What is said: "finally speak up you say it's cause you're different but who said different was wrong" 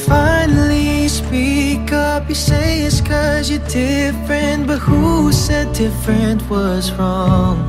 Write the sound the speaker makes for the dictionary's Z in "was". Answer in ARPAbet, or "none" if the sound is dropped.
Z